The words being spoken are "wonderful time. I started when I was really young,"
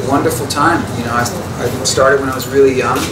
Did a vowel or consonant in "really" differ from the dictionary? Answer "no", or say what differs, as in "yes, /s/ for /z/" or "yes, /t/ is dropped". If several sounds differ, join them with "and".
no